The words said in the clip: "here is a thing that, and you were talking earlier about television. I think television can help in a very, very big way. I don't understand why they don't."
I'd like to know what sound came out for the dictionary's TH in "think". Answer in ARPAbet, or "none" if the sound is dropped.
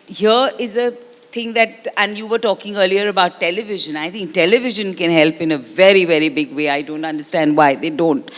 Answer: T